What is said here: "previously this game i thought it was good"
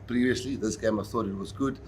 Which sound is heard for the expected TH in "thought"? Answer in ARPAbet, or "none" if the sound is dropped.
TH